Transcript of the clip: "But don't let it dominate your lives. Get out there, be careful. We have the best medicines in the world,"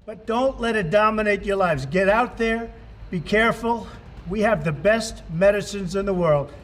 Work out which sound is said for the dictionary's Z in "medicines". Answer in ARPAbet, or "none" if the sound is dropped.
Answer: Z